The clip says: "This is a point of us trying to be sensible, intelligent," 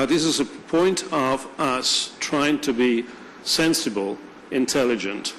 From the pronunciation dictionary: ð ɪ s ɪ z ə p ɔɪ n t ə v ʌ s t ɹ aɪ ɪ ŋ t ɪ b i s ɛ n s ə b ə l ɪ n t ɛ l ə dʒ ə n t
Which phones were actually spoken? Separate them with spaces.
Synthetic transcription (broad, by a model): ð ɪ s ɪ z ə p ɔɪ n t ə v ʌ s t ɹ aɪ ɪ ŋ t ɪ b i s ɛ n s ə b ə l ɪ n t ɛ l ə dʒ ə n t